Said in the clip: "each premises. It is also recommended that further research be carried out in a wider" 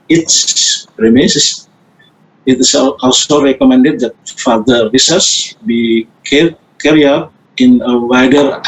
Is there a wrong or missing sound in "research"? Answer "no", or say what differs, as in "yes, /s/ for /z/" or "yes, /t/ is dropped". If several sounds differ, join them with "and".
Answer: yes, /s/ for /tʃ/